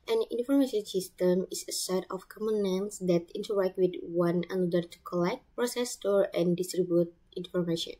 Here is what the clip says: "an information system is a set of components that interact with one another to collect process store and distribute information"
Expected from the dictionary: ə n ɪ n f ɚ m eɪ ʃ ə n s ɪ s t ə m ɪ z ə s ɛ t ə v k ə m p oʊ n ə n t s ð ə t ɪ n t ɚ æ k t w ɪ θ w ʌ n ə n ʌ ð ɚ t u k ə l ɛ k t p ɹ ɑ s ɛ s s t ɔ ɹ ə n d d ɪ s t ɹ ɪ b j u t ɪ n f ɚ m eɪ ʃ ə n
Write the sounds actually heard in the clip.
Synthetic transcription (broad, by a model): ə n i n f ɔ m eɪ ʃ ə n s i s t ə m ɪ s ə s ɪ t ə f k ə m oʊ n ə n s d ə t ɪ n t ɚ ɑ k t w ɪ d w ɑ n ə n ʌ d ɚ t u k ə l ɛ k t p ɹ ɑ s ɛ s s t ɔ ɹ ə n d d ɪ s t ɹ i b j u t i n f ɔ m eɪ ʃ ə n